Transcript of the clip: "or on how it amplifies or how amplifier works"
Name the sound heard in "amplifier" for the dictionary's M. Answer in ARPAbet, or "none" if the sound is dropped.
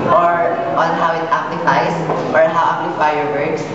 none